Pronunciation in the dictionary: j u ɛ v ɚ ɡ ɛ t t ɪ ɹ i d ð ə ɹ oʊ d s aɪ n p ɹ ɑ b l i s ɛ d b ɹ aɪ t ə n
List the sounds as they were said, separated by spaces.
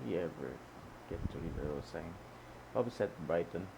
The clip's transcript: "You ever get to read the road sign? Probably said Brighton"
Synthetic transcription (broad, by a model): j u ɛ v ɚ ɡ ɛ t t ɪ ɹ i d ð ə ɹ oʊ s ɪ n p ɑ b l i s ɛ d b ɹ aɪ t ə n